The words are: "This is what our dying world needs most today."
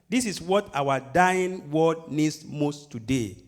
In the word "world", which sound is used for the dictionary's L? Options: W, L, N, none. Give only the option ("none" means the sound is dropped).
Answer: none